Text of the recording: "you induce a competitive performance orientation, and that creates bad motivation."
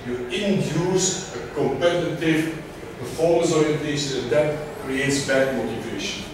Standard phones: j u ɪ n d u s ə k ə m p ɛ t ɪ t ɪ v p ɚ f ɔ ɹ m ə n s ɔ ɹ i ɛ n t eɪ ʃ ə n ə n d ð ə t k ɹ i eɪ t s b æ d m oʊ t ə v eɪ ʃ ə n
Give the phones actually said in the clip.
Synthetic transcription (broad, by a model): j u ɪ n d u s ə k ə m p ɛ t ɪ t ɪ v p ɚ f ɔ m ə s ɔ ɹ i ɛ n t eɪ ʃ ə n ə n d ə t k ɹ i eɪ t s b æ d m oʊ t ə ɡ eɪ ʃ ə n